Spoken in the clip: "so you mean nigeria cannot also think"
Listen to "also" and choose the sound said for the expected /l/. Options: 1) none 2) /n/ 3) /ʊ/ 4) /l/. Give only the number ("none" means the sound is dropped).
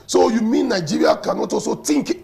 1